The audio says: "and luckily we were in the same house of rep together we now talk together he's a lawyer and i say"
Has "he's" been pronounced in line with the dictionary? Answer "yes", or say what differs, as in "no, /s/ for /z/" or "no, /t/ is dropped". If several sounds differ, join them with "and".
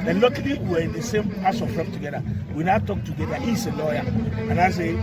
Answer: no, /s/ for /z/